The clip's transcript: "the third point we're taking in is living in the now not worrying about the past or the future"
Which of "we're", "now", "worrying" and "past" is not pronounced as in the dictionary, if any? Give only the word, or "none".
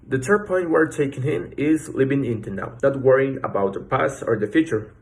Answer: past